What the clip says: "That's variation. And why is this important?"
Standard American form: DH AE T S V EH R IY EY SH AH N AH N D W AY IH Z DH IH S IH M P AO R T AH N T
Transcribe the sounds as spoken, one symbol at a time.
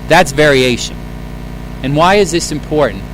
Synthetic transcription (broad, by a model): DH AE T S V EH R IY EY SH AH N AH N W AY IH Z DH IH S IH M P AO R T N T